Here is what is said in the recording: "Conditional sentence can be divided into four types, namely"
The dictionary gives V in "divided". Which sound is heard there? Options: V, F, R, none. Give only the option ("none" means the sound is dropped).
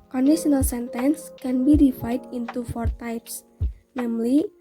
F